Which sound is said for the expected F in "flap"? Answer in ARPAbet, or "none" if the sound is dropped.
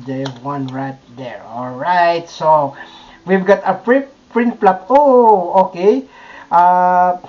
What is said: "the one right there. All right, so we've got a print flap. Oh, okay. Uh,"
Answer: P